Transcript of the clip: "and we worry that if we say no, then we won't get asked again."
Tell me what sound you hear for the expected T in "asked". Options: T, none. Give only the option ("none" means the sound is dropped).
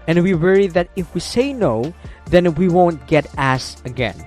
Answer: none